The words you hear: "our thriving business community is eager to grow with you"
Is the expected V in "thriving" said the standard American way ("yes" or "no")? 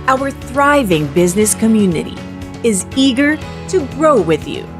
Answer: yes